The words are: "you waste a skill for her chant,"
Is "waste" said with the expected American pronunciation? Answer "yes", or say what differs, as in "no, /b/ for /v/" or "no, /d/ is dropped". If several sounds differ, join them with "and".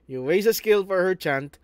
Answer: no, /t/ is dropped